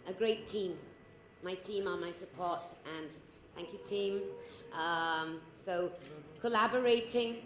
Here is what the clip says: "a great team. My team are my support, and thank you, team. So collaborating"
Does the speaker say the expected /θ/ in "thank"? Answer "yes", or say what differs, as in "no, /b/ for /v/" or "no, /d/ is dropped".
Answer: yes